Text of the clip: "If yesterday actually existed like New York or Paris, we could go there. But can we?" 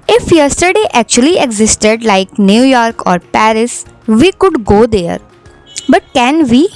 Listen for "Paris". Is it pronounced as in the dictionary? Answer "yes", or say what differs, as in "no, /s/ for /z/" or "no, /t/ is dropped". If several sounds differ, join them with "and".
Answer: yes